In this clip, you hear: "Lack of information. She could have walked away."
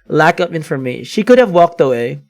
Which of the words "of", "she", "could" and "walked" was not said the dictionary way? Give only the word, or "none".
of